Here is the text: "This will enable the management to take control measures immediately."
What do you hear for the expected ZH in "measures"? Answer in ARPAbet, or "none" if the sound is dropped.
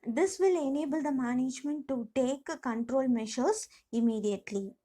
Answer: SH